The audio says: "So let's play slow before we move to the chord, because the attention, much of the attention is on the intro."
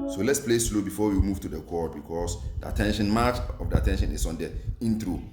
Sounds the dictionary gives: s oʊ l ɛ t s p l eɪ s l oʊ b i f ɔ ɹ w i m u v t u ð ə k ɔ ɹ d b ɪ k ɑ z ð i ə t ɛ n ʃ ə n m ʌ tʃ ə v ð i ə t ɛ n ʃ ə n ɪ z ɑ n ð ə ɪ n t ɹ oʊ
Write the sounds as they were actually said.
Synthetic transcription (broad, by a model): s oʊ l ɛ t s p l eɪ s l oʊ b i f ɔ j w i m u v t u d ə k ɔ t b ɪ k ɑ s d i ə t ɛ n ʃ ə n m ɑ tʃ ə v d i ə t ɛ n ʃ ə n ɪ s ɑ n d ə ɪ n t ɹ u